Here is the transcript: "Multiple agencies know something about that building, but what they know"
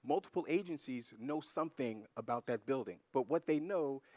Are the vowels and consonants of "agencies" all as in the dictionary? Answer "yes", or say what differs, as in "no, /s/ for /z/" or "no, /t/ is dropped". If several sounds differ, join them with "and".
yes